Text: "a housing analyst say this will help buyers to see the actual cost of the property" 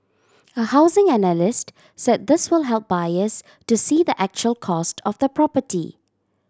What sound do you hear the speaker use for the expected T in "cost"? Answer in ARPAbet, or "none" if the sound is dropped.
T